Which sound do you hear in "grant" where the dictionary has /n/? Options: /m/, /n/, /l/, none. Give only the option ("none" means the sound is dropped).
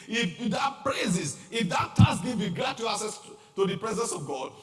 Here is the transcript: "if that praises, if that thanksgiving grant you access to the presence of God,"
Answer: none